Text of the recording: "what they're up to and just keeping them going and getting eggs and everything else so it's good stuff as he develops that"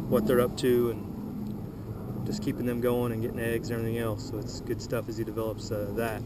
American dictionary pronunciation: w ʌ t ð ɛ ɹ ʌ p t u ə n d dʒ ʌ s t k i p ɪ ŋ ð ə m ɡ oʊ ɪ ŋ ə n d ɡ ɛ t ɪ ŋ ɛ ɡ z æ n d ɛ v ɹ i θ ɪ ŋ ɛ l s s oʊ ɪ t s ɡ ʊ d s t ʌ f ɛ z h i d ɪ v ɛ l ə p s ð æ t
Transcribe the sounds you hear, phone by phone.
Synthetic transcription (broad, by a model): w ʌ t ð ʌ ɹ ʌ p t u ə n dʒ ʌ s k i p ɪ ŋ ð ə m ɡ oʊ ɪ ŋ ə n ɡ ɛ t ɪ ŋ ɛ ɡ z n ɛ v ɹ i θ ɪ ŋ ɛ l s s oʊ ɪ t s ɡ ʊ d s t ʌ f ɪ z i d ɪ v ɛ l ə p s ð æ t